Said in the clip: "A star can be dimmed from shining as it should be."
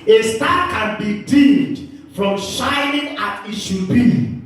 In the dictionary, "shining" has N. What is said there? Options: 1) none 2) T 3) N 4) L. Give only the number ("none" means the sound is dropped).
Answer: 3